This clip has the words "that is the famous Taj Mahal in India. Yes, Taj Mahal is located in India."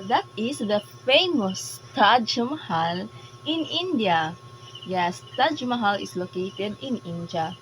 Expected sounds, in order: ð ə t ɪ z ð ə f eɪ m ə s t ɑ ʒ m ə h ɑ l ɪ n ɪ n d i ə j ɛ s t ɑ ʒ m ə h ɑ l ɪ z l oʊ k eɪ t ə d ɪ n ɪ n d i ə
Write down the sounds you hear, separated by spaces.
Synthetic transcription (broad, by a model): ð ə t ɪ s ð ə f eɪ m ə s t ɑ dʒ m ə h ɑ l ɪ n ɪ n d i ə j ɛ s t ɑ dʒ m ə h ɑ l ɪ s l oʊ k eɪ t ə d ɪ n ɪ n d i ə